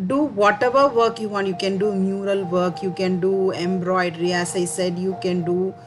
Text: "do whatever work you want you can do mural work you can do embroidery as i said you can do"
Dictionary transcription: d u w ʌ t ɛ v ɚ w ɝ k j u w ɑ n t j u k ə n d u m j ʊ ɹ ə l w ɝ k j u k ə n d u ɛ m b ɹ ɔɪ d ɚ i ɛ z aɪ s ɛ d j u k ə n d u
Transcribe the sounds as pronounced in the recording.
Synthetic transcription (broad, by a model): d u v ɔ t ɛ v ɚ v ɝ k j u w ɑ n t j u k ə n d u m j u ɹ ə l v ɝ k j u k ə n d u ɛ m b ɹ ɔɪ d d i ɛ s aɪ s ɛ d j u k ə n d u